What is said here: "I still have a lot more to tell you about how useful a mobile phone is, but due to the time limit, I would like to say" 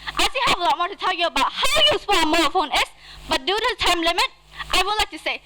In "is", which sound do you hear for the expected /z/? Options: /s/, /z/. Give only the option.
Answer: /s/